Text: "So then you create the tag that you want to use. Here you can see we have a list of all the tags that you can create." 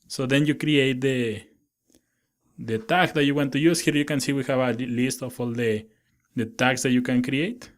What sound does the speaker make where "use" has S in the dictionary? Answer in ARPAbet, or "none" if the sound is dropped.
S